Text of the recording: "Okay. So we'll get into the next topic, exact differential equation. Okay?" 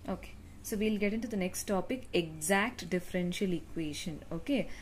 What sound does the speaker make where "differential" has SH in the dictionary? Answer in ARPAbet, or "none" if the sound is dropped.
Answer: SH